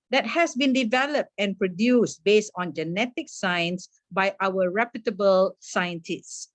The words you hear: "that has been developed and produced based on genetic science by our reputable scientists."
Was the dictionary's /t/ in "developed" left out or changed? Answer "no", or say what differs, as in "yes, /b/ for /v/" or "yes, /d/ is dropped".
no